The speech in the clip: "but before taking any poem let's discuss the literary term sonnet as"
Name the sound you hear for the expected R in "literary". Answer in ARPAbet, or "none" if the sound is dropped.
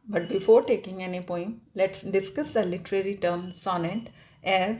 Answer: R